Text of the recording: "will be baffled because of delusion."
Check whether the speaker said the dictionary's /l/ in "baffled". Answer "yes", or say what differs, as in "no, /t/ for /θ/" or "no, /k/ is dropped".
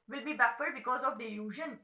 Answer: no, /l/ is dropped